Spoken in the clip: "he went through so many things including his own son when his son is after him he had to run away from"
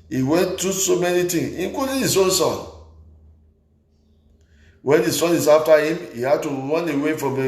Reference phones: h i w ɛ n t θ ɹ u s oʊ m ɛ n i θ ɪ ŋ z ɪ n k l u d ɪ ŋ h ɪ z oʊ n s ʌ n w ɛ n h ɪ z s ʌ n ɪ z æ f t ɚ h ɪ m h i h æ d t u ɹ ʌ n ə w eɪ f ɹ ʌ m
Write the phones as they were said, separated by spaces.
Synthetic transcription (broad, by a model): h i w ɛ n t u s oʊ m ɛ n i t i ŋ ɪ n k l u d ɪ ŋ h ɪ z oʊ n s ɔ n w ɛ n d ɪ s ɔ n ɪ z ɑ f t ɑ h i m i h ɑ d t u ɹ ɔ n ə w eɪ f ɹ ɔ m